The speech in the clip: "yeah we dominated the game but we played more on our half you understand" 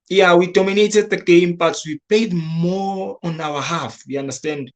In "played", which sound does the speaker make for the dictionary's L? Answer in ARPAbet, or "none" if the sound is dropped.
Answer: none